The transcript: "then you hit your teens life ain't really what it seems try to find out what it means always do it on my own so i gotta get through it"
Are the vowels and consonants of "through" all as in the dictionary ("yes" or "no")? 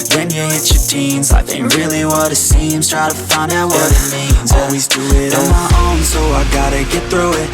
yes